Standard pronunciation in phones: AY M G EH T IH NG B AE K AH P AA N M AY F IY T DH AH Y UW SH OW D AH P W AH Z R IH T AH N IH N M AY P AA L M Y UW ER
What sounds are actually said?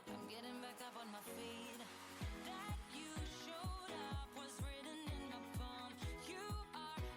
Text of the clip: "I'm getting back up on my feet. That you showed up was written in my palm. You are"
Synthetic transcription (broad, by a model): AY M G EH T IH NG B AE K AH P N M AY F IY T DH AH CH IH SH OW D AH P W AH Z R IH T N IH N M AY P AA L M Y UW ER